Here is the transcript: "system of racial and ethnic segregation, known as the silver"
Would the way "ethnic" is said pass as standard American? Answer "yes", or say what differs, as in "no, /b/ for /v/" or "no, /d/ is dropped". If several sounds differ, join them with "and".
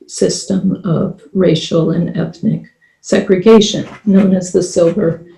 yes